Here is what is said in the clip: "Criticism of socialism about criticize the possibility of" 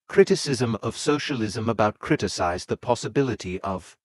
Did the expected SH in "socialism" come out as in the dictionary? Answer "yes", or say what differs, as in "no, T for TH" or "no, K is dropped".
yes